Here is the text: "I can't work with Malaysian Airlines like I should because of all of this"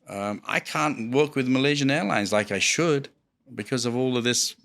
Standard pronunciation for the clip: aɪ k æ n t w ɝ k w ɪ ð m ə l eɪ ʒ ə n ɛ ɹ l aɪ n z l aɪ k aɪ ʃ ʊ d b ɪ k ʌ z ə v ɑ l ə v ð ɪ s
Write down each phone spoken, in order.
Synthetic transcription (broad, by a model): aɪ k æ n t w ɝ k w ɪ ð m ə l eɪ ʒ ə n ɛ ɹ l aɪ n z l aɪ k aɪ ʃ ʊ d b ɪ k ʌ z ə v ɑ l ə v ð ɪ s